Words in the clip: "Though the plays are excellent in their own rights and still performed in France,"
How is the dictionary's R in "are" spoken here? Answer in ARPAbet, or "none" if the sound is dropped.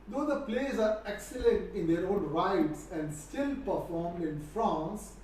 R